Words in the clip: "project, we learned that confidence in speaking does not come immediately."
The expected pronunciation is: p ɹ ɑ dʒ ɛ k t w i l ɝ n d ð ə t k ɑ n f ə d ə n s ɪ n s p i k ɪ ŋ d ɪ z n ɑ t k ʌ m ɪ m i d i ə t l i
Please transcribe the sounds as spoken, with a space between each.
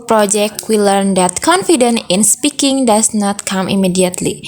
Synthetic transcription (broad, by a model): p ɹ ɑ dʒ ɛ k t w i l ɝ n d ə t k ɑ n f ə d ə n ɪ n s p i k ɪ ŋ d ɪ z n ɑ t k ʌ m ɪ m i d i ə t l i